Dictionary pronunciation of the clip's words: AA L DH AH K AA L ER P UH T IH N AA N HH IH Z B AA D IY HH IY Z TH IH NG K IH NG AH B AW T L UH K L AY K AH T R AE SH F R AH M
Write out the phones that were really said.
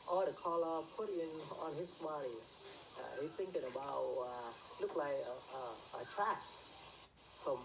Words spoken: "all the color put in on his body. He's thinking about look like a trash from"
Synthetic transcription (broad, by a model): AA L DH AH K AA L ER P UH T IH N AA N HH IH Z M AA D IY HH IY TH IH NG K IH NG AH B AW T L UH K L AY K AH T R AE S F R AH M